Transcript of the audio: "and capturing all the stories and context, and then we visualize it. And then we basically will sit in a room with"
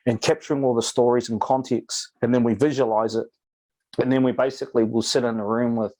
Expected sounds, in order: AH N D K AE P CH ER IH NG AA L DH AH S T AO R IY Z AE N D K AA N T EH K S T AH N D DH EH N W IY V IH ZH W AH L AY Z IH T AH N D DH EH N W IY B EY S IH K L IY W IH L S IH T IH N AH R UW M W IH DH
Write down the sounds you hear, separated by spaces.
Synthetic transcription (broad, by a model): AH N K AE P CH ER IH NG AA L DH AH S T AO R IY Z N K AA N T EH K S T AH N DH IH N W IY V IH ZH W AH L AY Z IH T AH N DH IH N W IY B EY S IH K L IY W IH L S IH T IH N AH R UW M W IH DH